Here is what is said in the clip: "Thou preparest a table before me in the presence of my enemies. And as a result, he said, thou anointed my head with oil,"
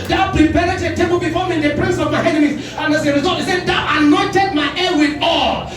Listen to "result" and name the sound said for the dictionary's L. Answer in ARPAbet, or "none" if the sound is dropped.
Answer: none